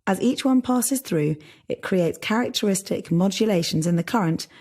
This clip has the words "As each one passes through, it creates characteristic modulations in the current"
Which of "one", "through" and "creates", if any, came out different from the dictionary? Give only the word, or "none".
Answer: none